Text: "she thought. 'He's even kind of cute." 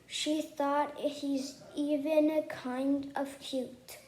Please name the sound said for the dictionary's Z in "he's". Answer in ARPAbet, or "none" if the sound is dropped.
Z